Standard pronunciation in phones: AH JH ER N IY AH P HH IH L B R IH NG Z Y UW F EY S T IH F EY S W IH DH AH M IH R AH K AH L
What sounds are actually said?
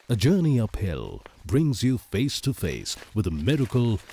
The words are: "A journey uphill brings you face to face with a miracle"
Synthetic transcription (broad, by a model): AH JH ER N IY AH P HH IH L B R IH NG Z Y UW F EY S T IH F EY S W IH DH AH M IH R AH K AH L